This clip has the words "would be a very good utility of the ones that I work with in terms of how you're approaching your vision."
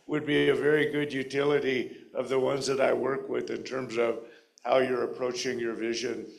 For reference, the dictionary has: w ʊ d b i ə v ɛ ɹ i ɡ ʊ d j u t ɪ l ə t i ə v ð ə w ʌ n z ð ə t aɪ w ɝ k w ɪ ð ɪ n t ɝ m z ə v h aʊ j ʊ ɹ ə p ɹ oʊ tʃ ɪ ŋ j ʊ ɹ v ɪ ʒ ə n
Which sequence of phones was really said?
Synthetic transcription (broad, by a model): w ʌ d b i ə v ɛ ɹ i ɡ ʊ d j u t ɪ l ə t i ə v ð ə w ʌ n z ð ə t aɪ w ɝ k w ɪ ð ɪ n t ɝ m z ə v h aʊ j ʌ ɹ ə p ɹ oʊ tʃ ɪ ŋ j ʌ ɹ v ɪ ʒ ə n